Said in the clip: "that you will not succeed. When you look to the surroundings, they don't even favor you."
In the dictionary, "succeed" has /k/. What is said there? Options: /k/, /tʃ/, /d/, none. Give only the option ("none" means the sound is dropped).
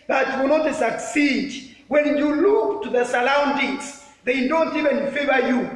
/k/